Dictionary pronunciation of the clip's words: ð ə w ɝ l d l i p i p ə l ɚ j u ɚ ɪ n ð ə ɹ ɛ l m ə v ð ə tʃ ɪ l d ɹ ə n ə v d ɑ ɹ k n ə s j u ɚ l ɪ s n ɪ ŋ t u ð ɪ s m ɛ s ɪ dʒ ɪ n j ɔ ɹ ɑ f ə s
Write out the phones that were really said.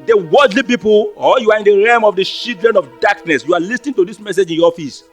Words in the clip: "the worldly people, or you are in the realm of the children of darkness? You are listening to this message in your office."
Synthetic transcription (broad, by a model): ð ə w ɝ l d l i p i p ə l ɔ j u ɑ ɪ n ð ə ɹ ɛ m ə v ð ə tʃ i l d ɹ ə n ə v d ɑ k n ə s j u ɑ l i s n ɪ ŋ t u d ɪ s m ɛ s ɪ dʒ ɪ n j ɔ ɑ f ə s